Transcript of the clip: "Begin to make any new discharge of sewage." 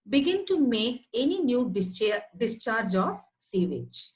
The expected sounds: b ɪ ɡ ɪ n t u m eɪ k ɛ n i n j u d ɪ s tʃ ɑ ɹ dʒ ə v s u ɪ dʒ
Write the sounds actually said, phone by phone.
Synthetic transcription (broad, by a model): b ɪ ɡ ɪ n t u m eɪ k ɛ n i n j u d ɪ s tʃ ɑ ɹ dʒ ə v s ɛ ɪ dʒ